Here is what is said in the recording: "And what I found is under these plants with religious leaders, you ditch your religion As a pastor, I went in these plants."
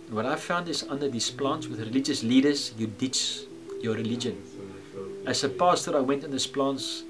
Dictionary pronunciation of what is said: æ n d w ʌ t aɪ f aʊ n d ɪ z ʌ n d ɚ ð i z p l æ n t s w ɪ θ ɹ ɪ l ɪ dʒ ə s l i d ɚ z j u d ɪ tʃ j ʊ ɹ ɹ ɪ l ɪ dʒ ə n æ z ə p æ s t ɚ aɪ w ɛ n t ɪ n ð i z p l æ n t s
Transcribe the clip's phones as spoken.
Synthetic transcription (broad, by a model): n w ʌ t aɪ f aʊ n d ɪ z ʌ n d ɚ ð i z p l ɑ n t s w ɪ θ ɹ ɪ l ɪ dʒ ə s l i d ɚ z j u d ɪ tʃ j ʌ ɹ ɹ ɪ l ɪ dʒ ə n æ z ə p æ s t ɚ aɪ w ɛ n t ɪ n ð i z p l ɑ n t s